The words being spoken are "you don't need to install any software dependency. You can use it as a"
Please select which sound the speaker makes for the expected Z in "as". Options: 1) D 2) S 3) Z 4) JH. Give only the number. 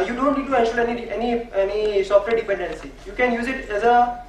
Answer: 3